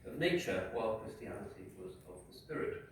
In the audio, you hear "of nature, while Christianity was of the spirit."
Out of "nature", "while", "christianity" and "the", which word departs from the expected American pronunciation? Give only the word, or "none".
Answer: christianity